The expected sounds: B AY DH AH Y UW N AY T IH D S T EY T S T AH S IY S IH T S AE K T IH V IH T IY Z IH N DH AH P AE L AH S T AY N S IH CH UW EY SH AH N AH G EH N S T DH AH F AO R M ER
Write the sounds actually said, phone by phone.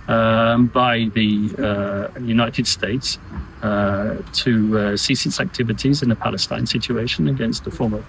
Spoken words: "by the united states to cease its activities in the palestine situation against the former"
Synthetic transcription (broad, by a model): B AY DH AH Y UW N AY T IH D S T EY T S T AH S IY S IH T S AE K T IH V IH T IY Z IH N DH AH P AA L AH S T AY N S IH CH UW EY SH AH N AH G EH N S T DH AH F AO M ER